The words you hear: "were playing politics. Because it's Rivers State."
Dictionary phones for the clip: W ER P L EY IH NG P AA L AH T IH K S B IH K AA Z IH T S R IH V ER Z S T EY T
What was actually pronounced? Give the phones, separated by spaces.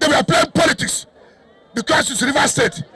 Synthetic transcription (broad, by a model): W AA P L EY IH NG P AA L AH T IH K S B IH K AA S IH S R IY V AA S T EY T